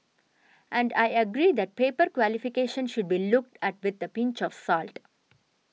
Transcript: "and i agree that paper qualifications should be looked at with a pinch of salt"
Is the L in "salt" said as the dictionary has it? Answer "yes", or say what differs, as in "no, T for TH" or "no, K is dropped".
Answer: yes